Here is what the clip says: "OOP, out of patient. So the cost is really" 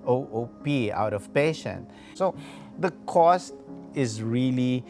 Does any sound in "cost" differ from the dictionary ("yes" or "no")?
no